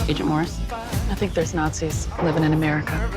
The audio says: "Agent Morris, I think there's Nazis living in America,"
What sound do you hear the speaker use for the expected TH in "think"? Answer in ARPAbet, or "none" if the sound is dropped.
TH